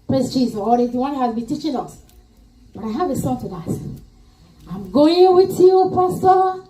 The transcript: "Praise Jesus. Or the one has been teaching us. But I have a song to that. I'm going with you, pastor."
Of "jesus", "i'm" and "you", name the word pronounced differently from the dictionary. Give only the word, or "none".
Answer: jesus